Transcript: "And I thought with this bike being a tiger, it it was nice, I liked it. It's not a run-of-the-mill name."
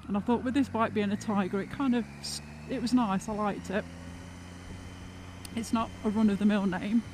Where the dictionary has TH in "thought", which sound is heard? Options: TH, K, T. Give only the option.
TH